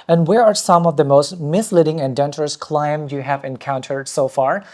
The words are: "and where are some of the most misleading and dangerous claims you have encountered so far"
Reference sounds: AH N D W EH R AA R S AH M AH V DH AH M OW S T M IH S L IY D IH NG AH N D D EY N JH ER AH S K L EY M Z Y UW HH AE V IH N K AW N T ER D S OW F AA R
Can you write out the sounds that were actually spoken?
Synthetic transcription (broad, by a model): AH N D W EH R AA R S AH M AH V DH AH M OW S T M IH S L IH D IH NG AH N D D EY N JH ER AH S K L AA M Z Y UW HH AE V IH N K AW N T ER D S OW F AA R